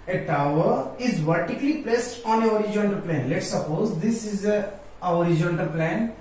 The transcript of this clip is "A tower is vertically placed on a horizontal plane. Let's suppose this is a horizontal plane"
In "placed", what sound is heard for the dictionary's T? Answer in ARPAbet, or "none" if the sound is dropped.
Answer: T